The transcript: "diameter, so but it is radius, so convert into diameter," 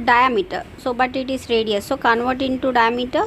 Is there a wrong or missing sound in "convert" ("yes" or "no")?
no